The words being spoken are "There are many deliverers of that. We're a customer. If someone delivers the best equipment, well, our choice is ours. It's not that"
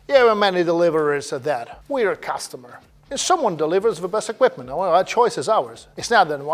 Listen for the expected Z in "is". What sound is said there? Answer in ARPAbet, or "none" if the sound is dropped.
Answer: Z